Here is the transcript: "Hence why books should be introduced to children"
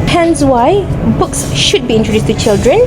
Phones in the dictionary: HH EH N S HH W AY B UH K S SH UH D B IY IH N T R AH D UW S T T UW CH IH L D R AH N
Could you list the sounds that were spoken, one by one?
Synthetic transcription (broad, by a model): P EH N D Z W AY B UH K S SH UH D B IY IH N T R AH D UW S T T UW CH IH L D R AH N